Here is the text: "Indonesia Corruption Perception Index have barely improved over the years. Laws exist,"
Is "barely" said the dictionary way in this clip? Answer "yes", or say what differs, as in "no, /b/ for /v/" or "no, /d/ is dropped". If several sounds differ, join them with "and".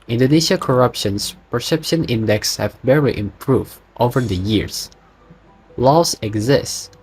no, /l/ is dropped